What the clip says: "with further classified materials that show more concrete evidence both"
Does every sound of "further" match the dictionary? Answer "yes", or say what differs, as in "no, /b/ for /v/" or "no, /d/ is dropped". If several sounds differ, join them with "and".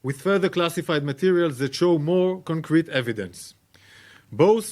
yes